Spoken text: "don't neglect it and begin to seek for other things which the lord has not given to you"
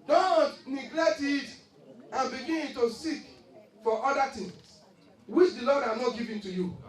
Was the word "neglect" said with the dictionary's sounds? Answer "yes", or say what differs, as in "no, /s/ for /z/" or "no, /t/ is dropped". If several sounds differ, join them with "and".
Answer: yes